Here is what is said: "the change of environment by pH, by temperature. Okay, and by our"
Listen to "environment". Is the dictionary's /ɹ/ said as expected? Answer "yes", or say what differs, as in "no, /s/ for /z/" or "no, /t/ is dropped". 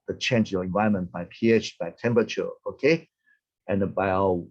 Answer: no, /ɹ/ is dropped